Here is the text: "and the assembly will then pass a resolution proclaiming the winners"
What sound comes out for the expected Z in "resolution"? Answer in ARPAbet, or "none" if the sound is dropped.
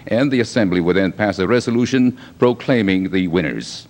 Z